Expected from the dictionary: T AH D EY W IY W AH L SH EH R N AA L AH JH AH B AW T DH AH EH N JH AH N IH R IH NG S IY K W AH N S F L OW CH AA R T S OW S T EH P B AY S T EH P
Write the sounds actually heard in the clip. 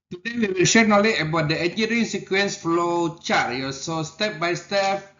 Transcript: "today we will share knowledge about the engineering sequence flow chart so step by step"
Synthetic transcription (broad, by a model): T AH D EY W IY W AH L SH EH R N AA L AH AH B AW T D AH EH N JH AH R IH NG S IY K W AH N S F L OW CH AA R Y S OW S T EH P B AY S T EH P